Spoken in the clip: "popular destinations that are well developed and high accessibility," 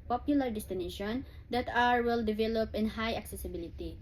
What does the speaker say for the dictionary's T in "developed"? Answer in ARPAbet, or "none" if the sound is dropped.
none